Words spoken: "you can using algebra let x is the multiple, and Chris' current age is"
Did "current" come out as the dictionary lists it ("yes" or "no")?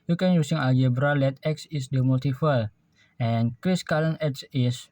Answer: no